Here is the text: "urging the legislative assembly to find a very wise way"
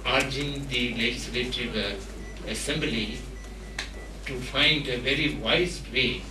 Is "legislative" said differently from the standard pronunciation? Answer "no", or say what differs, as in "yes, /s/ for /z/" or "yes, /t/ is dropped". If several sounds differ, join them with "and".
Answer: no